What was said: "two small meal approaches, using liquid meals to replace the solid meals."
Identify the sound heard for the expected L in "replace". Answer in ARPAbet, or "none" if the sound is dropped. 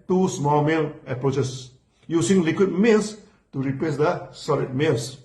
none